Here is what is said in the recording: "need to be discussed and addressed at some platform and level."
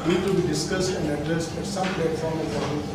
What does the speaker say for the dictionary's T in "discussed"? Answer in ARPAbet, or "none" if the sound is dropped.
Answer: T